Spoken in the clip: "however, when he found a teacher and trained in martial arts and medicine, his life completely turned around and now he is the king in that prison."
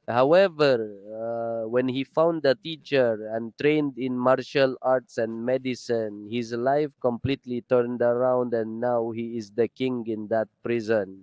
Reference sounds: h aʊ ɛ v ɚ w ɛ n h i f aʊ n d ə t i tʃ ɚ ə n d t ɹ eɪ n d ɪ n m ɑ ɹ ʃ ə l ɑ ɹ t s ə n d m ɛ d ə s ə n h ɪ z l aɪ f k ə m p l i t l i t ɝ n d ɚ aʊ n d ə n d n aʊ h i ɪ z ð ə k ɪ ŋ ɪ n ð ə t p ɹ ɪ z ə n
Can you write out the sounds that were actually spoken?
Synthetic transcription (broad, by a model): h aʊ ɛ v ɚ w ɛ n h i f aʊ n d ə t i tʃ ɚ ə n t ɹ eɪ n d ɪ n m ɑ ɹ ʃ ə l ɑ ɹ t s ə n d m ɛ d ə s ə n h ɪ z l aɪ f k ə m p l i t l i t ɝ n d ɚ aʊ n d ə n n aʊ h i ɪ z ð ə k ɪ ŋ ɪ n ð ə t p ɹ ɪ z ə n